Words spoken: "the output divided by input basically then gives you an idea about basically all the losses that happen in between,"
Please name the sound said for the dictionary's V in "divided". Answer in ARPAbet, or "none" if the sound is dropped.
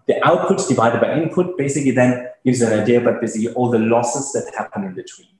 V